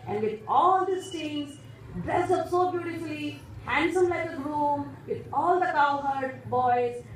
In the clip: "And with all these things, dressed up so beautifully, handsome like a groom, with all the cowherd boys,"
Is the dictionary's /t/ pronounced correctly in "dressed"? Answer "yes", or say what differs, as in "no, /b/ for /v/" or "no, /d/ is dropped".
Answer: no, /t/ is dropped